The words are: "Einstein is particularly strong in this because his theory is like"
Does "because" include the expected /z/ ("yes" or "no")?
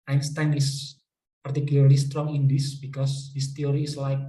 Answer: no